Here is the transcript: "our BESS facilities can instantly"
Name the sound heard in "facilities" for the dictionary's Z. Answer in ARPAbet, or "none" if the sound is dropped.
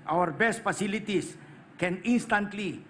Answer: S